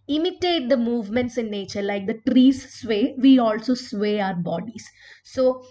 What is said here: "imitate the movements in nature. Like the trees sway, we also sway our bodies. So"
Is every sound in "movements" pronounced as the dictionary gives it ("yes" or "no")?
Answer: yes